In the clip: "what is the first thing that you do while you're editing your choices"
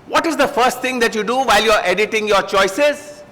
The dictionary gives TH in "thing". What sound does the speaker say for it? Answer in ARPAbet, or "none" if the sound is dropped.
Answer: T